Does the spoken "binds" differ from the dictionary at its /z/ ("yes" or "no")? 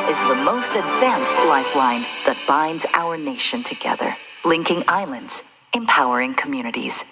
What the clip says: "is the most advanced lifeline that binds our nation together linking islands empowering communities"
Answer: no